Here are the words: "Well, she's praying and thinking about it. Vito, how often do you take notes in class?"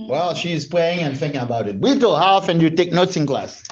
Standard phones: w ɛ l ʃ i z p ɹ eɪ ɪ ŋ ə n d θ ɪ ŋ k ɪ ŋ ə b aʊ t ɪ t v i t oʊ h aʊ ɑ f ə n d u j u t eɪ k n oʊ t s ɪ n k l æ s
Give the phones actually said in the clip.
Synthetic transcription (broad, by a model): w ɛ l ʃ i z p l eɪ ɪ ŋ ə n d θ ɪ ŋ k ɪ ŋ ə b aʊ t ɪ t w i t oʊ h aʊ ɑ f ə n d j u t eɪ k n oʊ t s ɪ n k l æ s